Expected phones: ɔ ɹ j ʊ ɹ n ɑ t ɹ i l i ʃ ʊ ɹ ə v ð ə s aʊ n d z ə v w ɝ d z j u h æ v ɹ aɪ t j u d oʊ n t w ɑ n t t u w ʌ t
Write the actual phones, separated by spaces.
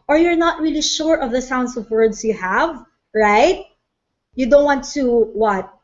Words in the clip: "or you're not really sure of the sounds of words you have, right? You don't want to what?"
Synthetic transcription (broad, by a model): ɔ ɹ j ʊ ɹ n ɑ t ɹ i l i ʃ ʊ ɹ ə v ð ə s aʊ n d s ə v w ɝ d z j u h æ v ɹ aɪ t j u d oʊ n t w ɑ n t t u w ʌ t